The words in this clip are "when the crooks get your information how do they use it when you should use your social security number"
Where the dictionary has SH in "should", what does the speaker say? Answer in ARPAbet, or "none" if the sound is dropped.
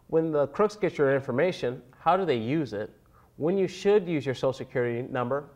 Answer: SH